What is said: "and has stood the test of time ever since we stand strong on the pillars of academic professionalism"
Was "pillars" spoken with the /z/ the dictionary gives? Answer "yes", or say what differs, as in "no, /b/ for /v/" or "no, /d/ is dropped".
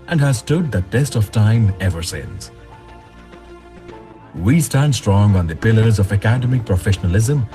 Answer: yes